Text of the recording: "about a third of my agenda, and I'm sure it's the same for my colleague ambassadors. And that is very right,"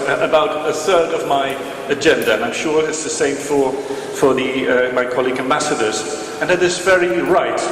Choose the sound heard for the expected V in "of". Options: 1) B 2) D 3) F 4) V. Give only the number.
4